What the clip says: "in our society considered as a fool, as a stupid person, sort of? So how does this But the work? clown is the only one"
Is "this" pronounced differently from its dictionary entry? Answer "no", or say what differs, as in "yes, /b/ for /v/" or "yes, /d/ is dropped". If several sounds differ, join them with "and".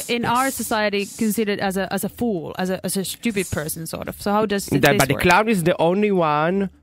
yes, /s/ is dropped